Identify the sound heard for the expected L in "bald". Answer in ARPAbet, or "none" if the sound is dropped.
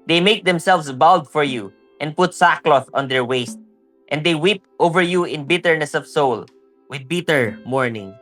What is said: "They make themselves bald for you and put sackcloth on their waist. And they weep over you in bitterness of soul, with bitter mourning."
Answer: L